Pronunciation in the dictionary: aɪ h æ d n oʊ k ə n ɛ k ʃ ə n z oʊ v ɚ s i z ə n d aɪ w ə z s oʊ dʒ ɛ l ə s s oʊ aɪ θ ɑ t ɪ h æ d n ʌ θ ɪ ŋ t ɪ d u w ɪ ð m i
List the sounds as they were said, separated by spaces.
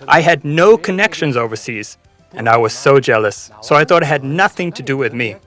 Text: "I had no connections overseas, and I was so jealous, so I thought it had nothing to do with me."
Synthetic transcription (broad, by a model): aɪ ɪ d n oʊ k ə n ɛ k ʃ ə n z oʊ v ɚ s i z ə n aɪ w ə z s oʊ dʒ ɛ l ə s s oʊ aɪ θ ɑ t ɪ h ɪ d n ʌ θ ɪ ŋ t ɪ d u w ɪ ð m i